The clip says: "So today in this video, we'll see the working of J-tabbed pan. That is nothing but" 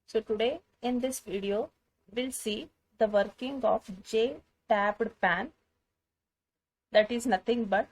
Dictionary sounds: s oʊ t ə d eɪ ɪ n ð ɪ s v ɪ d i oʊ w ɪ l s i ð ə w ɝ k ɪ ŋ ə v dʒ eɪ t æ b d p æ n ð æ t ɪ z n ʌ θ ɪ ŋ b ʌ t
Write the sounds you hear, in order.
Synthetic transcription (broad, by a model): s oʊ t ə d eɪ ɪ n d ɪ s v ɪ d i oʊ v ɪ l s i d ə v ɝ k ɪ ŋ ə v dʒ eɪ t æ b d p æ n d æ t ɪ z n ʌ t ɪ ŋ b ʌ t